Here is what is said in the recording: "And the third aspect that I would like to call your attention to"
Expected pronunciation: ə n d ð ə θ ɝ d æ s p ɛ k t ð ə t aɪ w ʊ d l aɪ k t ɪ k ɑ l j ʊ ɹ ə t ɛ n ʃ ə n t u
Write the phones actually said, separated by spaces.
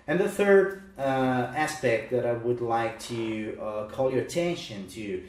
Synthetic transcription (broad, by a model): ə n ð ə θ ɝ d æ s p ɛ k t ð ə t aɪ w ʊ d l aɪ k t ɪ k ɑ l j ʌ ɹ ə t ɛ n ʃ ə n t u